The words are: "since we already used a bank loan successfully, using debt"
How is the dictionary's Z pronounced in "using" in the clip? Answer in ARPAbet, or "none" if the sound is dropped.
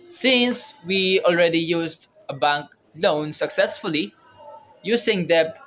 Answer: S